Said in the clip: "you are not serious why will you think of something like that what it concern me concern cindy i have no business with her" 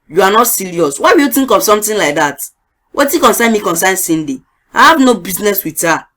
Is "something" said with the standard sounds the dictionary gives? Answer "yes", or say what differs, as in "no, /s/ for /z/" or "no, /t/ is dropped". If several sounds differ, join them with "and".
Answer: no, /t/ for /θ/